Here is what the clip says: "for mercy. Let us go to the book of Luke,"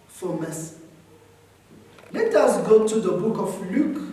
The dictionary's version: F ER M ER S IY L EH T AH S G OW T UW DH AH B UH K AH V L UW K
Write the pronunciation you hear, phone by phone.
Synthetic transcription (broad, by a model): F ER M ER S L EH T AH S G OW T UW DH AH B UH K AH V L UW K